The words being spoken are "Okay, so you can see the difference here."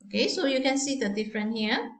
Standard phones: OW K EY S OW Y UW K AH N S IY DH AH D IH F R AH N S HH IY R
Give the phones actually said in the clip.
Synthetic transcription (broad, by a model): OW K EY S OW Y UW K AH N S IY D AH D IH F R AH N HH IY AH